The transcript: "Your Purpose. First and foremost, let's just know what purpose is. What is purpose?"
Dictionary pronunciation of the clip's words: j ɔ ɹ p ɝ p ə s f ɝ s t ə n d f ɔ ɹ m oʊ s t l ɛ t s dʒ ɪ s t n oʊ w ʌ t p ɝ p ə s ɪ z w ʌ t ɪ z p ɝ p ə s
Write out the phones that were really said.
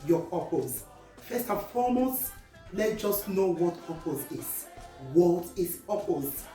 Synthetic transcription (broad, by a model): j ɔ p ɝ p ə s f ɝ s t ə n f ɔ m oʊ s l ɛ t dʒ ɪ s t n oʊ w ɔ t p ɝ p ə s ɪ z w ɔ t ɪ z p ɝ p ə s